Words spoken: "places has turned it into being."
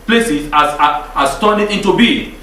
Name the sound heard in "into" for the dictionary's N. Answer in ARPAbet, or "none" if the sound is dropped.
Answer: N